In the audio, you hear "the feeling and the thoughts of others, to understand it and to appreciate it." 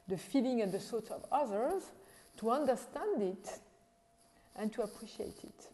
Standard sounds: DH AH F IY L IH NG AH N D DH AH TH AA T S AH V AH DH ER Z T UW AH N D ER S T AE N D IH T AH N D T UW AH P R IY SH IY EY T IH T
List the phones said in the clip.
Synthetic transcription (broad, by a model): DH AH F IY L IH NG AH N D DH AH S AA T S AH V AH DH ER Z T UW AH N D ER S T AE N D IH T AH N T UW AH P R IY SH IY EY T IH T